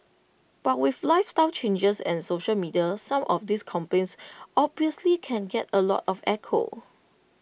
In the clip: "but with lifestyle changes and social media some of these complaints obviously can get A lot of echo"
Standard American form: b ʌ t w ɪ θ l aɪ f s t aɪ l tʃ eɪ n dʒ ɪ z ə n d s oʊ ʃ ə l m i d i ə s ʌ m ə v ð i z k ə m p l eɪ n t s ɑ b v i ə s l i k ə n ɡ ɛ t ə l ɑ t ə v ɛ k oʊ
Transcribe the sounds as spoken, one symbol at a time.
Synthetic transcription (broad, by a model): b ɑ t w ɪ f l aɪ f s t aɪ l tʃ eɪ n dʒ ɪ s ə n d s oʊ ʃ ə l m i d i ə s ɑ m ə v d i s k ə m p eɪ n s ɑ b v i ə s l i k ə n ɡ ɛ t ə l ɑ t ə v ɛ k oʊ